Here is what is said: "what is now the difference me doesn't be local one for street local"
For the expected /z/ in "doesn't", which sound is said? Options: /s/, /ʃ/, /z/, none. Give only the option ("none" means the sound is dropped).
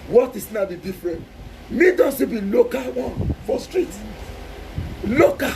/s/